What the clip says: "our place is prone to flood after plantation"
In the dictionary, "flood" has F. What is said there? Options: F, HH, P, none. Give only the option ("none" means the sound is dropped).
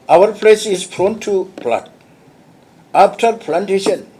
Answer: P